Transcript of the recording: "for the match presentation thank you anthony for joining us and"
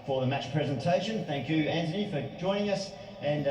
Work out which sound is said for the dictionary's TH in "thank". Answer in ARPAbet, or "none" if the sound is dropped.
TH